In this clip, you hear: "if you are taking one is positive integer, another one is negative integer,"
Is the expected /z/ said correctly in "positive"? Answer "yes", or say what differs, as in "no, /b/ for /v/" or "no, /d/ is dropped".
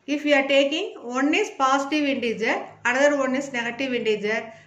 no, /s/ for /z/